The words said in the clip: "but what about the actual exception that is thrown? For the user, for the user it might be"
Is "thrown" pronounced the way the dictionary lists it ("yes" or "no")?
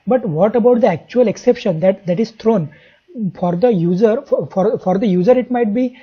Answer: no